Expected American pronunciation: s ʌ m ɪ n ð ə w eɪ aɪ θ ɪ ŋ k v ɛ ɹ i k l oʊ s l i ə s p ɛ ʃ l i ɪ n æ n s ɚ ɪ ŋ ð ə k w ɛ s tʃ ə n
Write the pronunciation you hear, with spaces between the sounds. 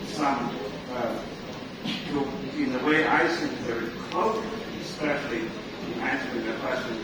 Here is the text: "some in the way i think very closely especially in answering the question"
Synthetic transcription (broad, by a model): s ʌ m ɪ n ð ə w eɪ aɪ s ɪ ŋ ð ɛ ɹ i k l oʊ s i ə s p ɛ ʃ l i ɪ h æ n s ɚ ɪ ŋ ð ə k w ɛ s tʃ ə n